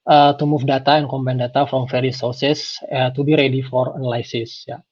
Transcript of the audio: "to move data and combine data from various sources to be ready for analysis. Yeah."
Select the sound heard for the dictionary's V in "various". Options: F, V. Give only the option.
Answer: F